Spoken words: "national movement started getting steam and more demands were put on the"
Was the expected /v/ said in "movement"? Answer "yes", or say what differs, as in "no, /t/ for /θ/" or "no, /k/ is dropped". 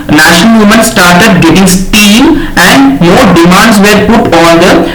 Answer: no, /v/ is dropped